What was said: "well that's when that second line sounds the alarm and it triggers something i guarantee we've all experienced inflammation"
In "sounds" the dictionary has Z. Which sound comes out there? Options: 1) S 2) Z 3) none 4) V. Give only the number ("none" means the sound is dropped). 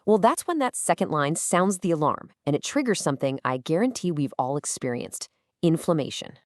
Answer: 2